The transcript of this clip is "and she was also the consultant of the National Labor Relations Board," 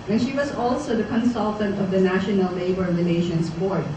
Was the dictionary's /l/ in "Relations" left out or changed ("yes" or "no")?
yes